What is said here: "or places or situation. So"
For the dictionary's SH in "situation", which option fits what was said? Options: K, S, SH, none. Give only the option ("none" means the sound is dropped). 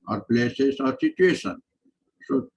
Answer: S